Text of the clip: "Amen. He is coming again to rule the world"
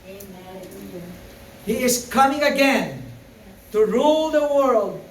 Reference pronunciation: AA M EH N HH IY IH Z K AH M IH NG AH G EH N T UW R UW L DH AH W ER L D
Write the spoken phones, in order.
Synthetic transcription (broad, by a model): HH IY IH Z K AH M IH NG AH G EH N T UW R UW L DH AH W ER L D